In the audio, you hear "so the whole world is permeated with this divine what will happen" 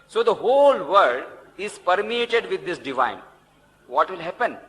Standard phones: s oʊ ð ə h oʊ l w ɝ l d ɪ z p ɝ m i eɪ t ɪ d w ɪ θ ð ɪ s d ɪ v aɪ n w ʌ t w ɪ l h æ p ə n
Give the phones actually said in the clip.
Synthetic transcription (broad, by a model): s oʊ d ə h oʊ l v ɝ d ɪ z p ɝ m i eɪ t ɪ d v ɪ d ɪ s d ɪ v aɪ n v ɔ t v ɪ l h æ p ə n